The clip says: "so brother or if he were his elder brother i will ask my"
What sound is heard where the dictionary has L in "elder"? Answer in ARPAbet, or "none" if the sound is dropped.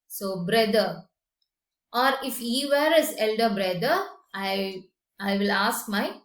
L